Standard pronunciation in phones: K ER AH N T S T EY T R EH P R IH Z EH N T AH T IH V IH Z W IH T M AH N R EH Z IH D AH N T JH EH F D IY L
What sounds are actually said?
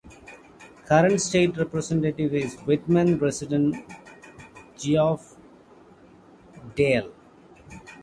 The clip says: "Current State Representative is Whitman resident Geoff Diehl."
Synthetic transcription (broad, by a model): K ER AH N T S T EY T R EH P R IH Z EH N T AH T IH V IH Z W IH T M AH N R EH S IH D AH N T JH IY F D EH L